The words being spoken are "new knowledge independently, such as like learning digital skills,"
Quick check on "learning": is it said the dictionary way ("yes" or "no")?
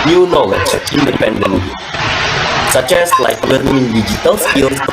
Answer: no